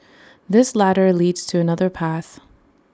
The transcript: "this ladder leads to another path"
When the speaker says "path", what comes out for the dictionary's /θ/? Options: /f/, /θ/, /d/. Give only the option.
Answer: /θ/